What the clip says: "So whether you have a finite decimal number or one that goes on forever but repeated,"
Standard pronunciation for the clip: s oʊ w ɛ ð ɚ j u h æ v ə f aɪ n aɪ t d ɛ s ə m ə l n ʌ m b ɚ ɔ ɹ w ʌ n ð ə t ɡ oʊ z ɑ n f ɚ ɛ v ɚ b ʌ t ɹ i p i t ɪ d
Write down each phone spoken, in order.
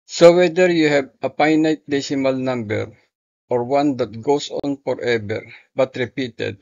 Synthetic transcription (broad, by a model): s oʊ w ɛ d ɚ j u h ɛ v ə p aɪ n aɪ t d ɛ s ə m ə l n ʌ m b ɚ ɔ ɹ w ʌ n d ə t ɡ oʊ s ɑ n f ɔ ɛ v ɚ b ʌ t ɹ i p i t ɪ d